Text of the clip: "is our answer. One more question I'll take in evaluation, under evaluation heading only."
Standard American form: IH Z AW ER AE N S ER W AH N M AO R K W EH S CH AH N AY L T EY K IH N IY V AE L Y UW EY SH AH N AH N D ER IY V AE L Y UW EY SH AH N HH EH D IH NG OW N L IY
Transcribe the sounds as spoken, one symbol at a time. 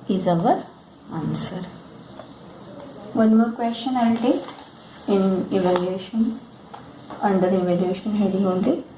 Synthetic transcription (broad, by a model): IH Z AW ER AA N S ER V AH N M AO R K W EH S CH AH N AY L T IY IH N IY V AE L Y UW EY SH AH N AH N D ER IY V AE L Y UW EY SH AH N HH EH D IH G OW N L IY